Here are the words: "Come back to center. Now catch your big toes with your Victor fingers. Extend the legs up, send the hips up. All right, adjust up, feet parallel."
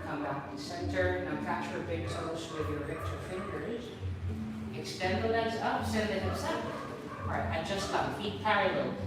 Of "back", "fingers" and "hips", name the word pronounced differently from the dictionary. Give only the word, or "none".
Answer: hips